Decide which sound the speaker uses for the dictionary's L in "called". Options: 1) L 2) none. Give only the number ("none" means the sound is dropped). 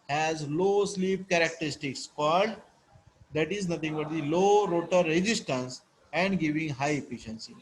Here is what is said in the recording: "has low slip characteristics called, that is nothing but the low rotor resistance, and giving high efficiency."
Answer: 2